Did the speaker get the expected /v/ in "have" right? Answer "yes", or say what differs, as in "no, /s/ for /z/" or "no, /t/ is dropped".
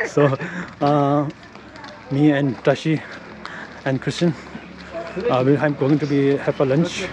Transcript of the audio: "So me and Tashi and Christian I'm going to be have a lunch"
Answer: no, /p/ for /v/